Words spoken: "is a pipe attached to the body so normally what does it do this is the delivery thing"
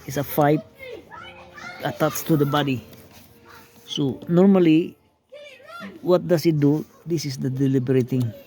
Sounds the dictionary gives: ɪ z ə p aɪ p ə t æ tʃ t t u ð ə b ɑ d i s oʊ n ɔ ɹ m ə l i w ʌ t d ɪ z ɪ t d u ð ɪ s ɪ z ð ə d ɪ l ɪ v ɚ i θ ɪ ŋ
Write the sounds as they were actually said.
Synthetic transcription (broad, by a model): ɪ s ə f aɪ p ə t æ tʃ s t u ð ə b ɑ d i s oʊ n ɔ ɹ m ə l i w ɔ t d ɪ s ɪ t d u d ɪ s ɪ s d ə d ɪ l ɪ b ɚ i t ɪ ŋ